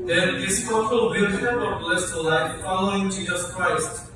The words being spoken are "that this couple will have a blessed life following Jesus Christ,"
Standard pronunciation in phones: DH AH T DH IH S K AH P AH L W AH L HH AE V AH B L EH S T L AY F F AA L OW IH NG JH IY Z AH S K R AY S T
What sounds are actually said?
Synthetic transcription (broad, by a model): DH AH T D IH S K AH F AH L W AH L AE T AH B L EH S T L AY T F AA L OW IH NG JH IY Z AH S K R AY S T